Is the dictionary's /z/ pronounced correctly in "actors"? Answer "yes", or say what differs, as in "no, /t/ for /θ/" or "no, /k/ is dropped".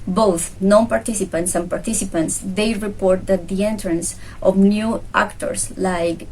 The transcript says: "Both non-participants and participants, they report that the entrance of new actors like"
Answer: no, /s/ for /z/